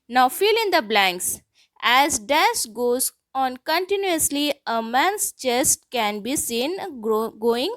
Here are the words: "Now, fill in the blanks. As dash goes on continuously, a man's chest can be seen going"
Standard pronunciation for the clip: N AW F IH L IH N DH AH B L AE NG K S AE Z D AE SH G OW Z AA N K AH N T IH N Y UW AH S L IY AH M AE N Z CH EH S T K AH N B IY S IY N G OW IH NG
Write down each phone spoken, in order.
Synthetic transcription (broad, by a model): N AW F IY L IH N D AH B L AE NG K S AE Z D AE S G OW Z AA N K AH N T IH N Y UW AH S L IY AH M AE N S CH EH S T K AH N B IY S IY N G OW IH NG